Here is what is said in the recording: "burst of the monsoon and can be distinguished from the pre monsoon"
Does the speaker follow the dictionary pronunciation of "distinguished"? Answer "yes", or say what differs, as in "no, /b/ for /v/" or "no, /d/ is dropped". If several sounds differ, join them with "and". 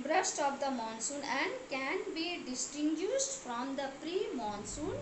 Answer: no, /s/ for /ʃ/